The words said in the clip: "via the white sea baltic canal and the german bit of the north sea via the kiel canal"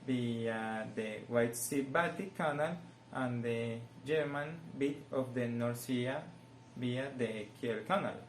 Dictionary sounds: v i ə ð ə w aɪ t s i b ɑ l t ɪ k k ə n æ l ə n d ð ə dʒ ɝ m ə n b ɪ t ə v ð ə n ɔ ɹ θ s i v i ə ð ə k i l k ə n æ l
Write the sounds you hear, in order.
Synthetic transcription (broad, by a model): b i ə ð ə w aɪ t s i b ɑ t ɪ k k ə n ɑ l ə n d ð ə dʒ ɝ m ə n b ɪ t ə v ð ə n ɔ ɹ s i b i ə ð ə k i l k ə n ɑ l